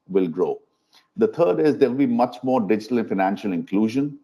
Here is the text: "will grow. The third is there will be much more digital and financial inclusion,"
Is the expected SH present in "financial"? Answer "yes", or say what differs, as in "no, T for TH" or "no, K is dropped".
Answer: yes